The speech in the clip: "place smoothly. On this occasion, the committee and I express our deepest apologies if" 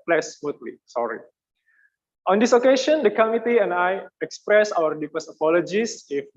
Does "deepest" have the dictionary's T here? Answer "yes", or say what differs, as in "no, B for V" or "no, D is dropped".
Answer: no, T is dropped